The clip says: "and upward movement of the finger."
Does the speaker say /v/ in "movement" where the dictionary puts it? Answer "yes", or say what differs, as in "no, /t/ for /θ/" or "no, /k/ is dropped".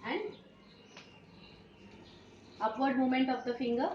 no, /v/ is dropped